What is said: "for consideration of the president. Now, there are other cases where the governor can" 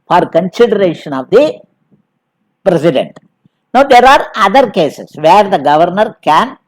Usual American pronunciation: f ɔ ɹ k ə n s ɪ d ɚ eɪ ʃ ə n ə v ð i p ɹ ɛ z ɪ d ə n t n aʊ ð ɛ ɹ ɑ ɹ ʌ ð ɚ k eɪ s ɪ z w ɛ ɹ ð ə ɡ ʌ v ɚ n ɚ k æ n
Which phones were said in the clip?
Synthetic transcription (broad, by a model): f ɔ ɹ k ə n s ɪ d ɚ eɪ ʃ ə n ə v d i p ɹ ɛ s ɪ d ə n t n aʊ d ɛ ɹ ɑ ɹ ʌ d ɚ k eɪ s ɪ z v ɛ ɹ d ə ɡ ʌ v ɚ n ɚ k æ n